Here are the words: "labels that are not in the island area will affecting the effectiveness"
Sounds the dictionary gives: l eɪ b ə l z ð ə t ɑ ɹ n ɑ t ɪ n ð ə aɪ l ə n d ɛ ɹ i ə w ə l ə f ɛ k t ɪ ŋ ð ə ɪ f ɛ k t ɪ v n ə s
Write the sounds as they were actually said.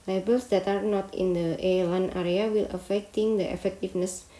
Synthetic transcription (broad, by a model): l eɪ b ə l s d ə t ɑ ɹ n ɑ t ɪ n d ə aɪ l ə n ɛ ɹ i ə w ə l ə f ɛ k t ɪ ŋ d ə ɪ f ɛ k t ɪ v n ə s